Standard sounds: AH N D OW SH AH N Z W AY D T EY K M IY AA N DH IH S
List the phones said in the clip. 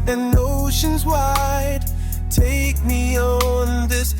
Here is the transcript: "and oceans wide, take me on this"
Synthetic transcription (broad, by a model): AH N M OW SH AH N Z W AY D T EY K M IY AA N DH IH S